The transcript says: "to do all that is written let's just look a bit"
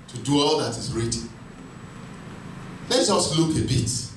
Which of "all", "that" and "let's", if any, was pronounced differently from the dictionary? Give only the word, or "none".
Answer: let's